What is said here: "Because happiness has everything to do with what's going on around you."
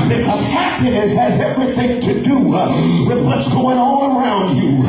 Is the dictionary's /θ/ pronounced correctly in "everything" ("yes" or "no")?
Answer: yes